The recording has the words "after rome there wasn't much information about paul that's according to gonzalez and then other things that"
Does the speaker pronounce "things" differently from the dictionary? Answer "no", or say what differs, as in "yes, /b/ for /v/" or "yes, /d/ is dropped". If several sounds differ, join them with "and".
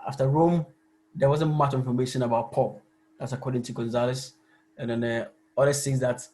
yes, /s/ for /θ/ and /ŋ/ is dropped